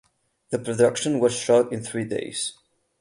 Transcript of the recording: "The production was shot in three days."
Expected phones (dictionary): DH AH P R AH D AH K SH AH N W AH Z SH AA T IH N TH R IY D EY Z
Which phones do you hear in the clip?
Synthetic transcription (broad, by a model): DH AH P R AH D AH K SH AH N W AH Z SH AA T IH N TH R IY D EY Z